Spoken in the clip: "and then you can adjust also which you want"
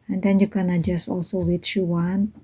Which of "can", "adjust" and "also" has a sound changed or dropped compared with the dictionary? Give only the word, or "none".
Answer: adjust